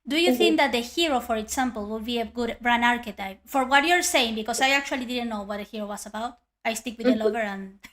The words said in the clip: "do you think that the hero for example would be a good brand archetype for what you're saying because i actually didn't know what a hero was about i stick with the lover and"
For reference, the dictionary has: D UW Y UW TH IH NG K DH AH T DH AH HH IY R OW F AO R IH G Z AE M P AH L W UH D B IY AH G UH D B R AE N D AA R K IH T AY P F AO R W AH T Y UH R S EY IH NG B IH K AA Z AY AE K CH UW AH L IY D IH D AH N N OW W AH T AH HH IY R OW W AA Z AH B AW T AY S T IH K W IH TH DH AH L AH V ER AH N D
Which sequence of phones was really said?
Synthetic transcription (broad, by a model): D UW Y UW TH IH NG K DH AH T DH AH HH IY R OW F AO R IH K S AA M P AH L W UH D B IY AH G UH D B R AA N AA R K IH T AY P F AO R W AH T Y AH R S EY IH NG B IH K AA S AY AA K CH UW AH L IY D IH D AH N N OW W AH T AH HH IY R OW W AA S AH B AW T AY S T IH K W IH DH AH L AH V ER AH N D